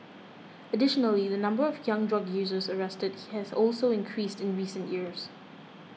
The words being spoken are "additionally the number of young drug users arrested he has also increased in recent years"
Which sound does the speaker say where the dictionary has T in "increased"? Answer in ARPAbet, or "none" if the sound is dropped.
T